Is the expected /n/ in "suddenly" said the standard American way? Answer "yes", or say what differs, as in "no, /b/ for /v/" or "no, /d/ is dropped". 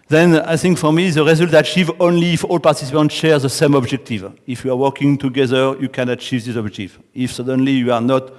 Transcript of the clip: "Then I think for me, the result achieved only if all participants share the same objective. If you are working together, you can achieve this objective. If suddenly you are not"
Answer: yes